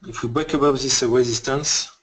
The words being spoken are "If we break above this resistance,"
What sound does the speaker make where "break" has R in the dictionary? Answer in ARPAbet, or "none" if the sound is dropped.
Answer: none